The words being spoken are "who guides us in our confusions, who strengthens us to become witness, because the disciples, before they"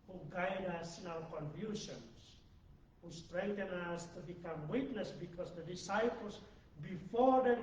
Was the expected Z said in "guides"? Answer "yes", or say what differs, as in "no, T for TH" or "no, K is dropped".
no, Z is dropped